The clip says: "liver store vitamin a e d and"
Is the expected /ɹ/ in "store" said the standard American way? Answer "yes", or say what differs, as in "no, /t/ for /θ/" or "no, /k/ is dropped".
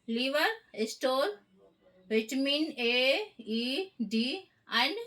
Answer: no, /l/ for /ɹ/